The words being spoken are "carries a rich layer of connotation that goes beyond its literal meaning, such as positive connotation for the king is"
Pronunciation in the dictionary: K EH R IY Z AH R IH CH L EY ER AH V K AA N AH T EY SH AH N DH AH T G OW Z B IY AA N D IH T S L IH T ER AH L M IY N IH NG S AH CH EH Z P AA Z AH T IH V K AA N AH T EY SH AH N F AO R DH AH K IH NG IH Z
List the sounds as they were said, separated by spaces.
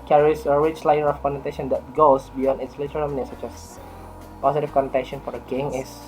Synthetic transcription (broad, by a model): K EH R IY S AH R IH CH L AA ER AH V K AA N AH T EY SH AH N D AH T G OW S B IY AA N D IH T S L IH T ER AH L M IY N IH S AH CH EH S P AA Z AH T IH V K AA N AH T EY SH AH N F AO R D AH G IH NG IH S